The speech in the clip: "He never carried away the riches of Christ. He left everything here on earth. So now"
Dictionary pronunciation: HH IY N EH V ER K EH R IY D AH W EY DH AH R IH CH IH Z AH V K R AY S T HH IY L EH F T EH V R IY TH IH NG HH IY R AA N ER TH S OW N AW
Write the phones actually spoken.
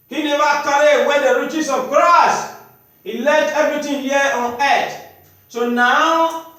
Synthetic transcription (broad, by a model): HH IY N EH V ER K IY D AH W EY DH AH R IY CH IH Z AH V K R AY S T HH IY L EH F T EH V R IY T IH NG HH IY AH AA N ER T S OW N AW